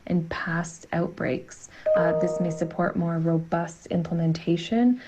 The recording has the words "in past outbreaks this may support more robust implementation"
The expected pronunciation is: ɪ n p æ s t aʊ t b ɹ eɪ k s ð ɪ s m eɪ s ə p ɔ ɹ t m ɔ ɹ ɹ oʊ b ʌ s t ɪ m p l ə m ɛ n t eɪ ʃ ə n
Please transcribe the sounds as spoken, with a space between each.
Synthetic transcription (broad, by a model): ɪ n p æ s t aʊ t b ɹ eɪ k s ð ɪ s m eɪ s ə p ɔ ɹ t m ɔ ɹ ɹ oʊ b ʌ s t ɪ m p l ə m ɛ n t eɪ ʃ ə n